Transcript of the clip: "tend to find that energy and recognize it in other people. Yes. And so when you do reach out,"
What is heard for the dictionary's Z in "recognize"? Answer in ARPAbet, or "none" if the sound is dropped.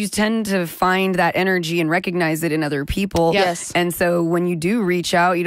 Z